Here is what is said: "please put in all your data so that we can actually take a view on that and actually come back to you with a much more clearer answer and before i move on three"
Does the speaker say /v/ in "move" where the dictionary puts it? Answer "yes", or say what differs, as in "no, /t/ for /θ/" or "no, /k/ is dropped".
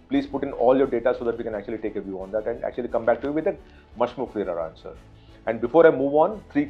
yes